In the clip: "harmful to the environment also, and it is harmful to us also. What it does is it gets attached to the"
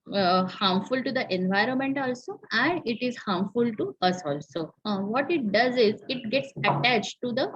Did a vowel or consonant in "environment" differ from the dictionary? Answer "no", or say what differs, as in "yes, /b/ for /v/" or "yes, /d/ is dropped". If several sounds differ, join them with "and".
no